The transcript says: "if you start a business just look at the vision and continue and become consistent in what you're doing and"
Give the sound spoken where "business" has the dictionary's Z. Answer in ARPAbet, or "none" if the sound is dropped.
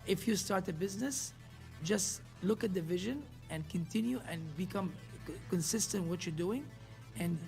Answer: Z